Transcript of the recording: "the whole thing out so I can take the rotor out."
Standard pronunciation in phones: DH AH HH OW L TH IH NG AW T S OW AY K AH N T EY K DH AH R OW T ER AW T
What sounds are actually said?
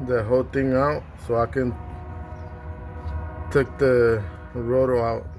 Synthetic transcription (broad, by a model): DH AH HH OW L T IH NG AW T S OW AY K AH N T EY K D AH R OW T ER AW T